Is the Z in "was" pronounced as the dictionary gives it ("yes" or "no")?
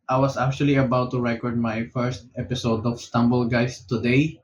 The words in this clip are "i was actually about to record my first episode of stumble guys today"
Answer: no